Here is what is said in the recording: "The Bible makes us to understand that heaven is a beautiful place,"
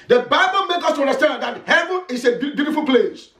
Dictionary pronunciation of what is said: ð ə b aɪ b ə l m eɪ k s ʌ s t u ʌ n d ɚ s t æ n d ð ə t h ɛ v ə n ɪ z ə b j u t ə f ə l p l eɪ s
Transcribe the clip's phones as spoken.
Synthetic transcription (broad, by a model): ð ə b aɪ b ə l m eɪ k ʌ s t u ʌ n d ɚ s t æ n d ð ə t h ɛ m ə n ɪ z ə b j u t ə f ə l p l eɪ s